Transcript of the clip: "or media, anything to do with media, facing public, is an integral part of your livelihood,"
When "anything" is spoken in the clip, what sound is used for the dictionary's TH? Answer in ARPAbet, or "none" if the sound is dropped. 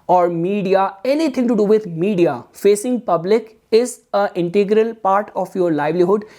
T